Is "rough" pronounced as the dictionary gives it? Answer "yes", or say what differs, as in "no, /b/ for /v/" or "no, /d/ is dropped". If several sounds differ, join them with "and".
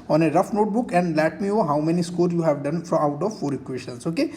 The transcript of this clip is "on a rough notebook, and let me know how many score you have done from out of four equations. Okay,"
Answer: yes